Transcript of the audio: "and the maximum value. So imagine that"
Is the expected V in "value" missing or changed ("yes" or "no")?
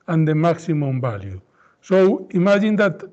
yes